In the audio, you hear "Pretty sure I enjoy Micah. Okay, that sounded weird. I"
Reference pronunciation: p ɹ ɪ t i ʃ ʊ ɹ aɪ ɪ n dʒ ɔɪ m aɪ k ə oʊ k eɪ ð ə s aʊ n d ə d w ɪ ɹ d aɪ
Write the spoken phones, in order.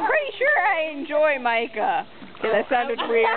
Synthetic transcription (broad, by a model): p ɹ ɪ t i ʃ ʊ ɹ aɪ ɪ n dʒ ɔɪ m aɪ k ə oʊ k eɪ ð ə s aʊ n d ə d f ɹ i